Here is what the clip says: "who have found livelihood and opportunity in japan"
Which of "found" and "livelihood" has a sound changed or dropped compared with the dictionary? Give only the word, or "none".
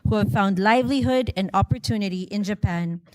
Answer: none